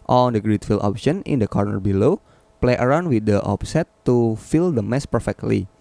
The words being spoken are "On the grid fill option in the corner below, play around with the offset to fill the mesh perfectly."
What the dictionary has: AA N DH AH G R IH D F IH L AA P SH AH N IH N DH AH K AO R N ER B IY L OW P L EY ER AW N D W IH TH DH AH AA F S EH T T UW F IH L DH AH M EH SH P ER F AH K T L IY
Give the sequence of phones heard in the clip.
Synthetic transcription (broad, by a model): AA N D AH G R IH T F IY L AA P SH AH N IH N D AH K AO R N ER B IY L OW P L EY ER AW N D W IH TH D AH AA P S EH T T UW F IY L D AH M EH S P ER F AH K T L IY